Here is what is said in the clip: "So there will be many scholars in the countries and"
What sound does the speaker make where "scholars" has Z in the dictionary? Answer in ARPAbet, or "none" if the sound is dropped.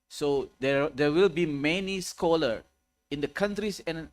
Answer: none